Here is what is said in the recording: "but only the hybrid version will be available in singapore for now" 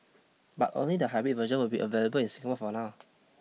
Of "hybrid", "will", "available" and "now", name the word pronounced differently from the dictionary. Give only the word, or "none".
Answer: hybrid